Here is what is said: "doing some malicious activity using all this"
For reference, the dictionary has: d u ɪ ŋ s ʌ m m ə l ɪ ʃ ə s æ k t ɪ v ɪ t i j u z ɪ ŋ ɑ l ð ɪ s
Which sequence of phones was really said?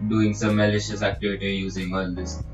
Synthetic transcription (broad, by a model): d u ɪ ŋ s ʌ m m ə l ɪ ʃ ə s æ k t ɪ v ɪ t i j u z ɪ ŋ ɑ l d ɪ s